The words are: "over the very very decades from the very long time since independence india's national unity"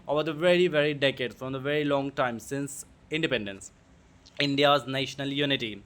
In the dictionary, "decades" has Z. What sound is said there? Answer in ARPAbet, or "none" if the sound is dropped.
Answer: none